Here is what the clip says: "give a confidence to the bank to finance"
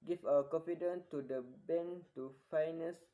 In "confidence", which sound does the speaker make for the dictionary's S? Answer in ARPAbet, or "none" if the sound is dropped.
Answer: none